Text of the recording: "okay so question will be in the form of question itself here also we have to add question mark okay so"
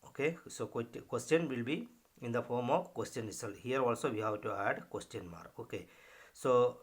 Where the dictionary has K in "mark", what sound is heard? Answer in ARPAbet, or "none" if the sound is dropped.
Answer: none